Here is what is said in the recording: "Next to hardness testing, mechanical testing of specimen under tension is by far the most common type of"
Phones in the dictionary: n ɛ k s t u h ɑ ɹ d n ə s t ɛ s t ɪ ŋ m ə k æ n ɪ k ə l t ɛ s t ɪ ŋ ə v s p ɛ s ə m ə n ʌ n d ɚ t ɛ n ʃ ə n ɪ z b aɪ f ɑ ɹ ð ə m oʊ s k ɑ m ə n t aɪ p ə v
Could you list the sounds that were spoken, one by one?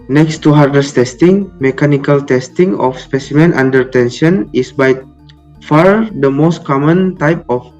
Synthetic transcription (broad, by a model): n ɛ k s t u h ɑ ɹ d ə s t ɛ s t ɪ ŋ m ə k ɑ n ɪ k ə l t ɛ s t ɪ ŋ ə f s p ɛ s ə m ə n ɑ n d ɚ t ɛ n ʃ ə n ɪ s b aɪ f ɑ ɹ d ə m oʊ s k ɑ m ə n t aɪ p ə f